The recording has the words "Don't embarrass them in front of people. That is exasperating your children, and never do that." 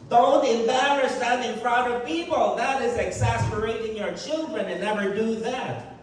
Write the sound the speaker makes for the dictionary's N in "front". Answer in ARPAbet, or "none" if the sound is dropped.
none